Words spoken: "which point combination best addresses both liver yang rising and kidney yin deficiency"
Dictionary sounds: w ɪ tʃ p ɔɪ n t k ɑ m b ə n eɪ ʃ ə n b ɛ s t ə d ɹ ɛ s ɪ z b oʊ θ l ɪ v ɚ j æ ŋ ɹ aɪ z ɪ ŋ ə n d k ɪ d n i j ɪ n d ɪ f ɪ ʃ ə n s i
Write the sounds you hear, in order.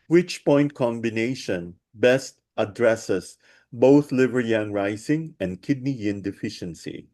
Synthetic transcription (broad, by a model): w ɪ tʃ p ɔɪ n t k ɑ m b ə n eɪ ʃ ə n b ɛ s t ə d ɹ ɛ s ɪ s b oʊ θ l ɪ v ɚ j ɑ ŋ ɹ aɪ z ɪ ŋ ə n d k ɪ d n i j ɪ n d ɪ f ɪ ʃ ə n s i